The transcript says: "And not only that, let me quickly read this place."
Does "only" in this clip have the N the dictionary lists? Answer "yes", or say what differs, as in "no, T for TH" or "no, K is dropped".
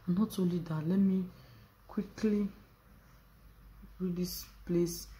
no, N is dropped